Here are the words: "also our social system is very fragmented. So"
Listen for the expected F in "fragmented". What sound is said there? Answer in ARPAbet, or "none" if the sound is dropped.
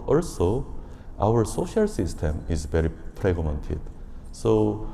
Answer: P